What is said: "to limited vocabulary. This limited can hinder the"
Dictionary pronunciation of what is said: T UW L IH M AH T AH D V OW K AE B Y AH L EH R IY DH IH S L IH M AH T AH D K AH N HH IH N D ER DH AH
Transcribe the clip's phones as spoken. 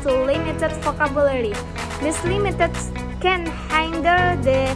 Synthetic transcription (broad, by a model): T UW L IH M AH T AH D F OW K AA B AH L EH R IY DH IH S L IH M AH T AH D K AH N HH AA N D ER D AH